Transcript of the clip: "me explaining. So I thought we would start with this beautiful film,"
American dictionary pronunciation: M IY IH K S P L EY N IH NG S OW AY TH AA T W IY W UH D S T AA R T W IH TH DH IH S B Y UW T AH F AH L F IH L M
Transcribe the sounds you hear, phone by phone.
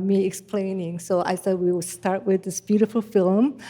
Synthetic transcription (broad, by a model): M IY IH K S P L EY N IH NG S OW AY S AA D W IY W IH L S T AA R T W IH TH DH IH S B Y UW T AH F AH L F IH L M